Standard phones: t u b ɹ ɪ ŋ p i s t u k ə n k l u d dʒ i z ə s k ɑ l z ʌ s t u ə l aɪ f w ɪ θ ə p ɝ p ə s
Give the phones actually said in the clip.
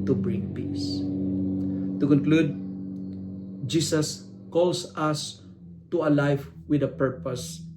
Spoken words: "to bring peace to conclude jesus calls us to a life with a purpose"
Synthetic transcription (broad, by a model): t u b ɹ ɪ ŋ p i s t u k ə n k l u d dʒ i s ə s k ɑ l s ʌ s t u ə l aɪ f w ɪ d ə p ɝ p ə s